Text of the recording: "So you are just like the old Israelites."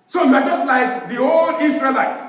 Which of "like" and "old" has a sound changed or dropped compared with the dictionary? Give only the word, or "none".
none